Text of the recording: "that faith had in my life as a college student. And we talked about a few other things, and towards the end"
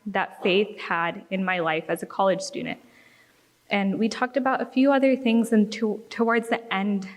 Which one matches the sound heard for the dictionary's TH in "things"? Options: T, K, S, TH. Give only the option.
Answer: TH